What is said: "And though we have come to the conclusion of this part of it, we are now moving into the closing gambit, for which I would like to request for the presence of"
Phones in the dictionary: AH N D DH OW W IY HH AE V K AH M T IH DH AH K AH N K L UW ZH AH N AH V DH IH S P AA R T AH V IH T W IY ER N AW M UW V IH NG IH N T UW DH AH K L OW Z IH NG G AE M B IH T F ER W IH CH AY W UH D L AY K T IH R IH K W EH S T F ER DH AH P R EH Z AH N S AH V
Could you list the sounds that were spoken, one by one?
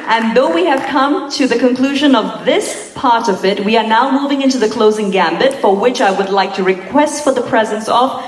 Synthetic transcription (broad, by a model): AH N DH OW W IY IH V K AH M T IH DH AH K AH N K L UW ZH AH N AH V DH IH S P AA R T AH V IH T W IY ER N AW M UW V IH NG IH N T UW DH AH K L OW Z IH NG G AE M B IH T F ER W IH CH AY W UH D L AY K T IH R IH K W EH S T F ER DH AH P R EH Z AH N S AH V